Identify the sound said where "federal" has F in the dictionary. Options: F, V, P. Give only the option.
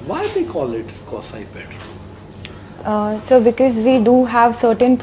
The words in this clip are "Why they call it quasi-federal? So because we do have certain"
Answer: P